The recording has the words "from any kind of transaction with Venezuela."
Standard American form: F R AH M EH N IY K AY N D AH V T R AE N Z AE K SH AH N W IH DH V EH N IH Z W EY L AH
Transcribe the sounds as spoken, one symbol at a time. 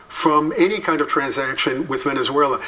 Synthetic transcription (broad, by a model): F R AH M EH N IY K AY N D AH V T R AE N Z AE K SH AH N W IH DH V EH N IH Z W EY L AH